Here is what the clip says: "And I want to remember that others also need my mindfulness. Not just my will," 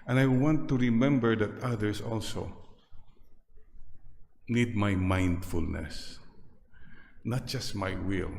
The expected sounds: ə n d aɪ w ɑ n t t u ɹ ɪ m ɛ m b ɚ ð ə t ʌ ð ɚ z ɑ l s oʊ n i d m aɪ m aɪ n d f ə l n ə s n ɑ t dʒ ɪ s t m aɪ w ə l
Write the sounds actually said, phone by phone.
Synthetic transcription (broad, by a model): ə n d aɪ w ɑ n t t u ɹ ɪ m ɛ m b ɚ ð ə t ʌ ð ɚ s ɑ l s oʊ n i d m aɪ m aɪ n d f ə l n ə s n ɑ t dʒ ɪ s t m aɪ w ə l